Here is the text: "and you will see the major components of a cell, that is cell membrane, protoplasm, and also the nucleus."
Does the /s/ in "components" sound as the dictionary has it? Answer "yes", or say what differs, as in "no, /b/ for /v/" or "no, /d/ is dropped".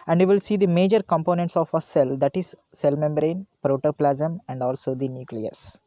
yes